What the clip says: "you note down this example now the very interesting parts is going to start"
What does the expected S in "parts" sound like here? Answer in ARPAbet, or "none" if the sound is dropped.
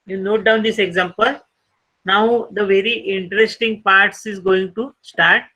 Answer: S